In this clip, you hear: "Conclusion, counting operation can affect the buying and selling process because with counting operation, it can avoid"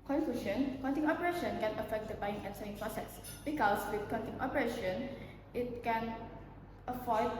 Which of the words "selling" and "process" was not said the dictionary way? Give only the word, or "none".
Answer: selling